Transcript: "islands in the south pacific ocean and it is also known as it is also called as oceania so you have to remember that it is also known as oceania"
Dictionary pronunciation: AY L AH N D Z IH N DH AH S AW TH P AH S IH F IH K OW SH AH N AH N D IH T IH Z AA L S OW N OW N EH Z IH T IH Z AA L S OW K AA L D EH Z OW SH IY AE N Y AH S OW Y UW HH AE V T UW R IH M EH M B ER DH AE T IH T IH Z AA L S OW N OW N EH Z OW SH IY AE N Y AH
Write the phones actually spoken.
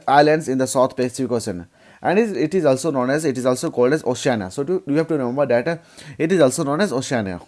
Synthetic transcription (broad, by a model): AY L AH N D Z IH N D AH S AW T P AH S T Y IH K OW S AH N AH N D IH T IH Z AA L S OW N OW N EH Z IH T IH Z AA L S OW K AA L D EH Z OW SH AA N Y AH S OW Y UW HH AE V T UW R IH M EH M B ER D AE T IH T IH Z AA L S OW N OW N EH Z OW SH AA N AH